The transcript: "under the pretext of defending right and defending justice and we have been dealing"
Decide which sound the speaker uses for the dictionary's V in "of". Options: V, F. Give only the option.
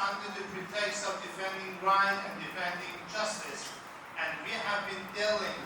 V